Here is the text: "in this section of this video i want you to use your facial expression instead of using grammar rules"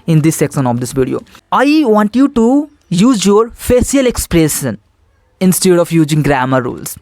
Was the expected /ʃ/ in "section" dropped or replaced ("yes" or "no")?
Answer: yes